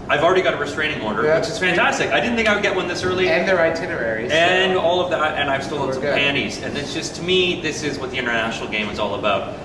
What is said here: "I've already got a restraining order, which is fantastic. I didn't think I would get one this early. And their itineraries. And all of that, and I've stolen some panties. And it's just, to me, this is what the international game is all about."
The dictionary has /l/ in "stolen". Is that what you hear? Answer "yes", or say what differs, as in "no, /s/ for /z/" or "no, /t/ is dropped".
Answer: no, /l/ is dropped